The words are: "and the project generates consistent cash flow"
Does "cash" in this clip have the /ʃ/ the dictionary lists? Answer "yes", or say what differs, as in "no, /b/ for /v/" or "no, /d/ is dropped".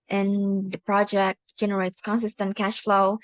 yes